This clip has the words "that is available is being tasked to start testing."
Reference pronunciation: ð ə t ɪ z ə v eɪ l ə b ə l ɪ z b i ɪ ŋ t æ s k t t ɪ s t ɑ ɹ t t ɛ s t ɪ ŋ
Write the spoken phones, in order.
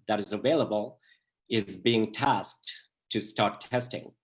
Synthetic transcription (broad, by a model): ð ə t ɪ z ə v eɪ l ə b ə l ɪ z b i ɪ ŋ t æ s k t t ɪ s t ɑ ɹ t t ɛ s t ɪ ŋ